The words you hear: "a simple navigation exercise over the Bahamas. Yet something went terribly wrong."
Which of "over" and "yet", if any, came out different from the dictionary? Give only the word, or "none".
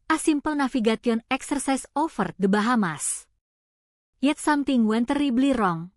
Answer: over